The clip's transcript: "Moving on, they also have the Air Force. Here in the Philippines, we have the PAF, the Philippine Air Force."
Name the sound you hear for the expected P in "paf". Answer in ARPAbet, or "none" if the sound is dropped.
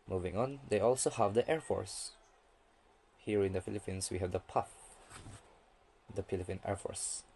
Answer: P